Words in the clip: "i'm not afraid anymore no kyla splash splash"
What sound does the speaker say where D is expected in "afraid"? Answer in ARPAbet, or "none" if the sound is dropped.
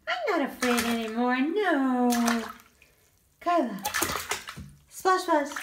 D